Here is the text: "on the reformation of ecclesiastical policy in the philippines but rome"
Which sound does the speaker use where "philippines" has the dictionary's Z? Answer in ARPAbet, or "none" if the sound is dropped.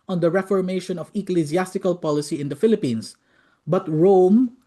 S